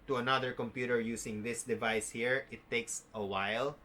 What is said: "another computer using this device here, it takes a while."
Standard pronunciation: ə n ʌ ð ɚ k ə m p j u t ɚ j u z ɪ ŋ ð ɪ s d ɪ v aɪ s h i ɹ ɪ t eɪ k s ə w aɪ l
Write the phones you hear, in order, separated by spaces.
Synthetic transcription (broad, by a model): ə n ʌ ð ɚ k ə m p j u t ɚ j u s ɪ ŋ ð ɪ s d ɪ v aɪ s h i ɹ ɪ t eɪ k s ə w aɪ l